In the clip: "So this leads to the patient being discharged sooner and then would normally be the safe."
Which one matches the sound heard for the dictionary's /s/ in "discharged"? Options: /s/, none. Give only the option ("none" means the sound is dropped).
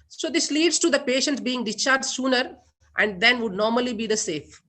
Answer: none